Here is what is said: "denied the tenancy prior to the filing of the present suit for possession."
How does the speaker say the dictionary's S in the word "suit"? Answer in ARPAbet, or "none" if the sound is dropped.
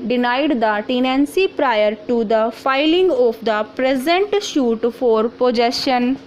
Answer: SH